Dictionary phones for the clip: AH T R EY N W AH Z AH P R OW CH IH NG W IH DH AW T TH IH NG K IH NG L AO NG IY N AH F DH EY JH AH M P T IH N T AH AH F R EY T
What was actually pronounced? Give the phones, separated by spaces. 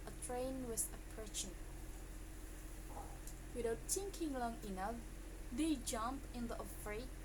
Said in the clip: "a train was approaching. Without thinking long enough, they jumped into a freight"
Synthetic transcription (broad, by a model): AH T R EY N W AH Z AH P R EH SH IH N W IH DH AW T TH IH NG K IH NG L AO NG IY N AH F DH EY JH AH M P IH N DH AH AH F R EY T